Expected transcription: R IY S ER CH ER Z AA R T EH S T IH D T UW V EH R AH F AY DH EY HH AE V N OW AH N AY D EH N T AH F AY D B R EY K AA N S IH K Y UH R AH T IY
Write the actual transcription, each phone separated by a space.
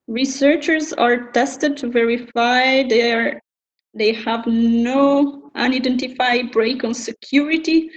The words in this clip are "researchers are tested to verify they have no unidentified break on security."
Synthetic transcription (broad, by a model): R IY S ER CH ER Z AA R T EH S T IH D T UW V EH R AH F AY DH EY HH AE V N OW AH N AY D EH N T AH F AY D B R EY K AA N S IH K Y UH R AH T IY